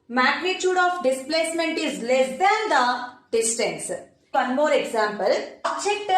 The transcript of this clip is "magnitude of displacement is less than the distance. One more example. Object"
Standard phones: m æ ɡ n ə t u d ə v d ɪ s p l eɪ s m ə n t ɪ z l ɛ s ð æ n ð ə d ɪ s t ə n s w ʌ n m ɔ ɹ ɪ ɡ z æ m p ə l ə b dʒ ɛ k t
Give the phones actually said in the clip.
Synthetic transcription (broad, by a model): m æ ɡ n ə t u d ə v d ɪ s p l eɪ s m ə n t ɪ z l ɛ s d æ n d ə d ɪ s t ə n s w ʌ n m ɔ ɹ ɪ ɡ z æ m p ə l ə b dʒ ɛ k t